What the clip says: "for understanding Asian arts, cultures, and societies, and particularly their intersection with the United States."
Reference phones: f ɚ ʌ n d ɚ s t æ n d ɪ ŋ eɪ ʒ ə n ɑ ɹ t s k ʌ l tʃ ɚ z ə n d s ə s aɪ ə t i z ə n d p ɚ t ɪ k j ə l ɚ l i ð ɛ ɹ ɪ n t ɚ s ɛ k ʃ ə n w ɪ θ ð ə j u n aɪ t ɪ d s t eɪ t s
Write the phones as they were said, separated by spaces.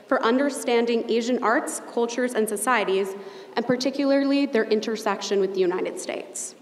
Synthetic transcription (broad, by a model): f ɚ ʌ n d ɚ s t æ n d ɪ ŋ eɪ ʒ ə n ɑ ɹ t s k ʌ l tʃ ɚ z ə n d s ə s aɪ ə t i z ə n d p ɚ t ɪ k j l ɚ l i ð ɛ ɹ ɪ n t ɚ s ɛ k ʃ ə n w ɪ ð ə j u n aɪ t ɪ d s t eɪ t s